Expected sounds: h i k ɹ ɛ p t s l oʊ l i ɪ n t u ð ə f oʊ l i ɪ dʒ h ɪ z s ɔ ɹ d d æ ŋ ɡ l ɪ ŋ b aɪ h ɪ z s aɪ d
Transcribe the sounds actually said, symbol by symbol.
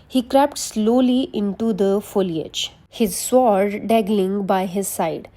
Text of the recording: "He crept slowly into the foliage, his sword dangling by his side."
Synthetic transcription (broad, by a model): h i k ɹ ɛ p t s l oʊ l i ɪ n t u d ə f oʊ l i ɪ dʒ h ɪ z s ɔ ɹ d d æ ɡ l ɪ ŋ b aɪ h ɪ z s aɪ d